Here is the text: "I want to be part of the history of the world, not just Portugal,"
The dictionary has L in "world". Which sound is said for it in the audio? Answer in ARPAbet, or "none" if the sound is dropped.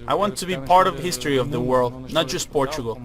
L